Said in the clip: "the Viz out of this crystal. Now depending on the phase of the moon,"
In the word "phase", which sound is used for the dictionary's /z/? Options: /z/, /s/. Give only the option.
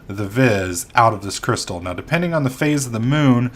/z/